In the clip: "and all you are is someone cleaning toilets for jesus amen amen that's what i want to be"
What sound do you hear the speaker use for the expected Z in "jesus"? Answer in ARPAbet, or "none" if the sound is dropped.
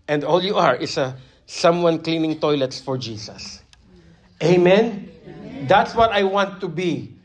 S